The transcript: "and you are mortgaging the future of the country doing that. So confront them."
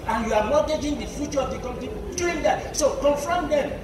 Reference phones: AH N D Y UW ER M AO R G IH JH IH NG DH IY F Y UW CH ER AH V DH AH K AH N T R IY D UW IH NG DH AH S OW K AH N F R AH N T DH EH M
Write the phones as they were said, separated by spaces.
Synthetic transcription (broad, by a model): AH N Y UW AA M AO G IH JH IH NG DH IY F Y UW CH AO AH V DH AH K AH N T IY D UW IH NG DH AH S OW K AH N F R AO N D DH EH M